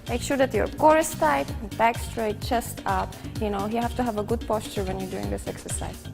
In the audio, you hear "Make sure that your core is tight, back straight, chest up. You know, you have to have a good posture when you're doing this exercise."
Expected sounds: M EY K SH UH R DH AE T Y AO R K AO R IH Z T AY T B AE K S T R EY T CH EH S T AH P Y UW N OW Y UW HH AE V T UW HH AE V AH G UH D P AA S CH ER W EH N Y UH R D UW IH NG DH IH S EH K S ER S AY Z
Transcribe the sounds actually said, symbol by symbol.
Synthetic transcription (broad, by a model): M EY K SH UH R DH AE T Y AO R K AO R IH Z T AY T B AE K S T R EY T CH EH S T AH P Y UW N OW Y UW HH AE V T UW HH AE V AH G UH D P AA S CH ER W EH N Y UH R D UW IH NG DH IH S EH K S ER S AY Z